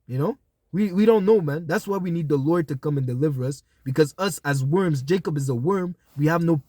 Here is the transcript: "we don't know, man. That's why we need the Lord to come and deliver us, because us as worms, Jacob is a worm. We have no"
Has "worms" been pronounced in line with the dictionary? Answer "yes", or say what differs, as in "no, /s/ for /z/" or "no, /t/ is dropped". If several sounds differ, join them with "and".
yes